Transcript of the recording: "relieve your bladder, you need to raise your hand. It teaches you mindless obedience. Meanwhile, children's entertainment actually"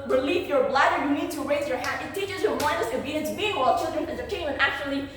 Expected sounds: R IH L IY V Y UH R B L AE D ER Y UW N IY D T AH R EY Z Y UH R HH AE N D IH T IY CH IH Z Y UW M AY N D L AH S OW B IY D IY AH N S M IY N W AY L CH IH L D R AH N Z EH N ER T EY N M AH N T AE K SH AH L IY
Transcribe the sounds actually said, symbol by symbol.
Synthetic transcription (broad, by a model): R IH L IY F Y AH R B L AE D ER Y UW N IY D T AH R EY Z Y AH R HH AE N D IH T IY CH IH Z Y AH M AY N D AH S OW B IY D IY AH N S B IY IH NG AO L CH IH L D R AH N EH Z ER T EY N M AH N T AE K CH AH L IY